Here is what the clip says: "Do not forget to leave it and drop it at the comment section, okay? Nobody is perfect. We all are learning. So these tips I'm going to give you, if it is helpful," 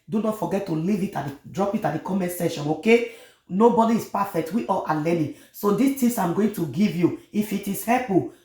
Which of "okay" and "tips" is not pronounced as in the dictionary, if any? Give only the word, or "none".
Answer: tips